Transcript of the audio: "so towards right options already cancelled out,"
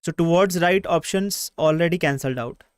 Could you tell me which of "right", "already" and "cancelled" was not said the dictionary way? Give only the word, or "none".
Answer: none